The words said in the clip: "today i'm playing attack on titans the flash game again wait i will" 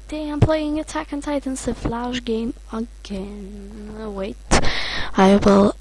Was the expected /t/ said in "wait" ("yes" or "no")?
yes